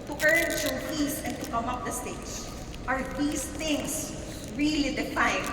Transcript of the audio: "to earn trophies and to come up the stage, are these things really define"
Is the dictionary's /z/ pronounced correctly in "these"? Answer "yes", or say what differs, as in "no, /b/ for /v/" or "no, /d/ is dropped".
no, /s/ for /z/